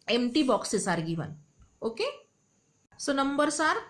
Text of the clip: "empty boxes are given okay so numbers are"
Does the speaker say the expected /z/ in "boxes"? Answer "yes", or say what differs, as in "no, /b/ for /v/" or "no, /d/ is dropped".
no, /s/ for /z/